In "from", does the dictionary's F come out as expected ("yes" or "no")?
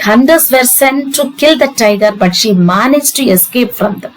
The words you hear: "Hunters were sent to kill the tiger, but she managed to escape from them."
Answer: yes